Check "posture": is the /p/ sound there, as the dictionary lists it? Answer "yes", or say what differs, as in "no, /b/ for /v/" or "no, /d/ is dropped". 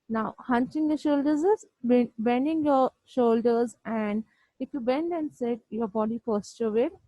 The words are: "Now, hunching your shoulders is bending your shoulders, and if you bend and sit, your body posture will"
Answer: no, /f/ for /p/